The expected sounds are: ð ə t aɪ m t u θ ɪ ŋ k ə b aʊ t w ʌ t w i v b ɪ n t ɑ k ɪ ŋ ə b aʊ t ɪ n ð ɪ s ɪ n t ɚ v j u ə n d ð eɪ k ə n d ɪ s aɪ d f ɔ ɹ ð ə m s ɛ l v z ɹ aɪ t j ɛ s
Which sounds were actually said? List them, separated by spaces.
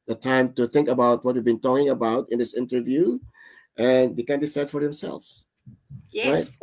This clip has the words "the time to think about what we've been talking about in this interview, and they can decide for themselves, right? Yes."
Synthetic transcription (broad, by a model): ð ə t aɪ m t u θ ɪ ŋ k ə b aʊ t w ʌ t w i v b ɪ n t ɑ k ɪ ŋ ə b aʊ t ɪ n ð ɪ s ɪ n t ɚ v j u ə n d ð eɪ k ə n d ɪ s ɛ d f ɔ ɹ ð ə m s ɛ l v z ɹ aɪ t